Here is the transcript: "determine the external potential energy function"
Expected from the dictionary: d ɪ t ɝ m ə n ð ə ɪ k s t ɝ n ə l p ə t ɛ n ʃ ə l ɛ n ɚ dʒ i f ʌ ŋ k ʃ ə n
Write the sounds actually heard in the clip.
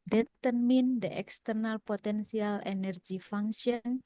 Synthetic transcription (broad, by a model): d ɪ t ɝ m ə n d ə ɪ k s t ɝ n ə l p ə t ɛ n s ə l ɛ n ɚ dʒ i f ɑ ŋ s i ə n